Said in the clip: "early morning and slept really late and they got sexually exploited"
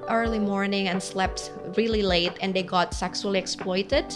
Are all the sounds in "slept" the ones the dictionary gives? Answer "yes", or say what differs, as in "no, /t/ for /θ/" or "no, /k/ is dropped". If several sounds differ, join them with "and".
yes